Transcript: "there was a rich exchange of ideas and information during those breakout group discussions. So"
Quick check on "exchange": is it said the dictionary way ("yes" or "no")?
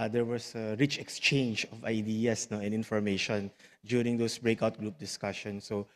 yes